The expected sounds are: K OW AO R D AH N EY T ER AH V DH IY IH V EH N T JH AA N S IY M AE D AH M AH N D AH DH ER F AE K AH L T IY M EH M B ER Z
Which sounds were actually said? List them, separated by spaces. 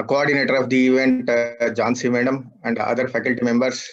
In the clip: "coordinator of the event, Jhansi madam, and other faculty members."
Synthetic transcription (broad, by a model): K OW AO R D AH N EY T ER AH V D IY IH V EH N T JH AA N S IY M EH D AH M AH N D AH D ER F AE K AH L T IY M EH M B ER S